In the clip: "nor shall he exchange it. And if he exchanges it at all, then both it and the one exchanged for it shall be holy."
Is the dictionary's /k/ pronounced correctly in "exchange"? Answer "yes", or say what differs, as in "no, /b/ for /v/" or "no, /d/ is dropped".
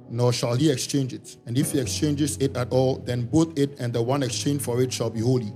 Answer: yes